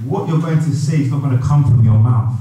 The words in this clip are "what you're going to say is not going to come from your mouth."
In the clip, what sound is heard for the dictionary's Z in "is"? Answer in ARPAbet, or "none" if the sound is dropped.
Z